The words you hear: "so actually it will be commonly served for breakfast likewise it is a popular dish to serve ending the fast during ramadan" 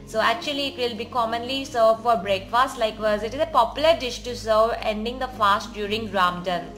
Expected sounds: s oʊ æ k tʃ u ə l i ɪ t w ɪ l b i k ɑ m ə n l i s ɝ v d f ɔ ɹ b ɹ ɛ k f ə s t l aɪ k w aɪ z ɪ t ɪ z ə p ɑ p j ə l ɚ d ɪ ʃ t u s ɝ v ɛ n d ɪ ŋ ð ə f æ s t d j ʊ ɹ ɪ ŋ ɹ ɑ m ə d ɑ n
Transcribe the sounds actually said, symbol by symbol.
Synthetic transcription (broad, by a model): s oʊ æ k tʃ u ə l i ɪ t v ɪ l b i k ɑ m ə n l i s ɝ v f ɔ ɹ b ɹ ɛ k f ə s t l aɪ k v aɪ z ɪ t ɪ z ə p ɑ p j ə l ɚ d ɪ ʃ t u s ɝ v ɛ n d ɪ ŋ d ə f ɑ s t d j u ɹ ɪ ŋ ɹ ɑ m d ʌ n